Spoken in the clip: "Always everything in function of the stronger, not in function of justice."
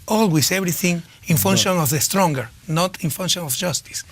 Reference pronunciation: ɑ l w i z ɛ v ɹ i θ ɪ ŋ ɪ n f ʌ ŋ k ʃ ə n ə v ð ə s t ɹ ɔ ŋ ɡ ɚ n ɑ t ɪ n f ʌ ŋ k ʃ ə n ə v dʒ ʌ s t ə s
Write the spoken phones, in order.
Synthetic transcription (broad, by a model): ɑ l w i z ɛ b ɹ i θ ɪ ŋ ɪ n f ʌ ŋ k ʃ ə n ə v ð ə s t ɹ ɔ ŋ ɡ ɚ n ɑ t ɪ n f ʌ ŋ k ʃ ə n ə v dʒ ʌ s t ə s